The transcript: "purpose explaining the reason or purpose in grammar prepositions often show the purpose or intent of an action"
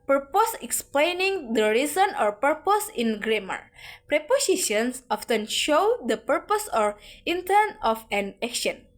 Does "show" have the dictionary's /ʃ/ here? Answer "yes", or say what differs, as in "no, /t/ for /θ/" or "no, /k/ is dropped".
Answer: yes